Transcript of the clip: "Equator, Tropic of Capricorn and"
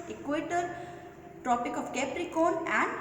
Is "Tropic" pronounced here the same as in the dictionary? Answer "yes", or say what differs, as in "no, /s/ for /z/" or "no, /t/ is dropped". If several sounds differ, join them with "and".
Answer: no, /ɹ/ is dropped